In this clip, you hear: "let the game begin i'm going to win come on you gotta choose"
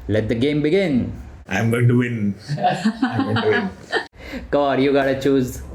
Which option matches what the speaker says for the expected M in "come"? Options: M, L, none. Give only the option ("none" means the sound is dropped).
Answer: none